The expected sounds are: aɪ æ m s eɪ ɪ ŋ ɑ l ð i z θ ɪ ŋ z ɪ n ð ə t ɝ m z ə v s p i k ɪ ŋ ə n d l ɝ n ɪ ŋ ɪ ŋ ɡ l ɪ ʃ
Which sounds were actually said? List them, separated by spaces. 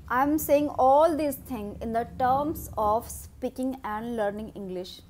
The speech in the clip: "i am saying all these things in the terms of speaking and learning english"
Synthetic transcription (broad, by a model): aɪ m s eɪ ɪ ŋ ɑ l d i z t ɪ ŋ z ɪ n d ə t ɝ m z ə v s p i k ɪ ŋ ə n d l ɝ n ɪ ŋ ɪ ŋ ɡ l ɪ ʃ